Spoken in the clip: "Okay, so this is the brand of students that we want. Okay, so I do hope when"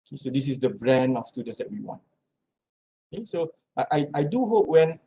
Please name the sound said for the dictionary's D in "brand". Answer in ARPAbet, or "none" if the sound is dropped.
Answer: none